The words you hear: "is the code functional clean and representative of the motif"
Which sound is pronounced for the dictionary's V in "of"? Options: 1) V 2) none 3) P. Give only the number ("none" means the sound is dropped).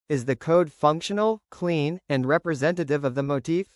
1